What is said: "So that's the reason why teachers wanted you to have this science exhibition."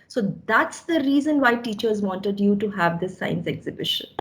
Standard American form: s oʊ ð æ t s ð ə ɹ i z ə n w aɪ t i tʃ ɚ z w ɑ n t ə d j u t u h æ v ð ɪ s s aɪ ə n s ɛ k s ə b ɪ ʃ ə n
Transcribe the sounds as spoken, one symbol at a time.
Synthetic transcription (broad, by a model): s oʊ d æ t s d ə ɹ i z ə n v aɪ t i tʃ ɚ z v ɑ n t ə d j u t u h æ v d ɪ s s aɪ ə n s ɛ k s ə b ɪ ʃ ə n